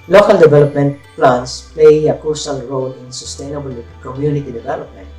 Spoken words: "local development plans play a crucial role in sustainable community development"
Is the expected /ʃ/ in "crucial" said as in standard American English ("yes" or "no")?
no